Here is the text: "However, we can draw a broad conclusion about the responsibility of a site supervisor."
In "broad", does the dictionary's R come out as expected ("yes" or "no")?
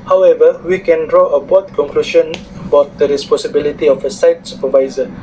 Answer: no